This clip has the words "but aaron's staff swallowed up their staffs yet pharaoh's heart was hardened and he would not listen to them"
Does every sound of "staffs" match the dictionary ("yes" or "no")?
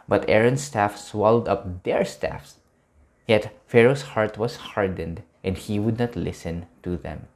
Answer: yes